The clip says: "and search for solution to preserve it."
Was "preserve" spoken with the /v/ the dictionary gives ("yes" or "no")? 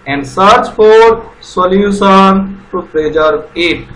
no